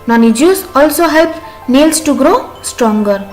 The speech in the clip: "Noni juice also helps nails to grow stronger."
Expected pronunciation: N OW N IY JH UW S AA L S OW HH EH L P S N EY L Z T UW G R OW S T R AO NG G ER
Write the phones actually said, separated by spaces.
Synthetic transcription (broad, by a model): N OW N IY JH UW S AA L S OW HH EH L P N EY L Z T UW G R OW S T R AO NG G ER